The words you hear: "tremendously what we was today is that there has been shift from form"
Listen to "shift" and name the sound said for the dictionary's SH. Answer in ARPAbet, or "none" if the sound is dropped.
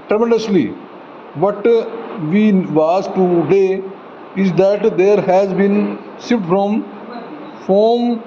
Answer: S